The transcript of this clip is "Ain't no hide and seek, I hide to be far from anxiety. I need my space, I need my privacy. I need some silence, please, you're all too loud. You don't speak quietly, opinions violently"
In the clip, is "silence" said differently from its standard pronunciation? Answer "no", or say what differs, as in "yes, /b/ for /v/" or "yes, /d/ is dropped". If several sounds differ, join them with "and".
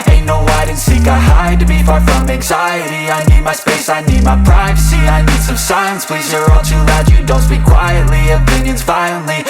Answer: yes, /l/ is dropped